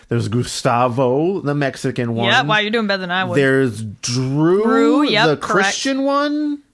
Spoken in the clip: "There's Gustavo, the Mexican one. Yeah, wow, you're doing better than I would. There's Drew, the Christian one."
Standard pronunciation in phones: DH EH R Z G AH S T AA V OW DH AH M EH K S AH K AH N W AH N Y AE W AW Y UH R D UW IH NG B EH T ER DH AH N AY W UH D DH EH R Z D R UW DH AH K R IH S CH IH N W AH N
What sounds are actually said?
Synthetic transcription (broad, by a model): DH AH R Z G AH S T AA V OW DH AH M EH K S AH K AH N W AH N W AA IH Y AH R D UW IH NG B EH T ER DH AH N AY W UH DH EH R Z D R UW DH AH K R IH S CH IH N W AH N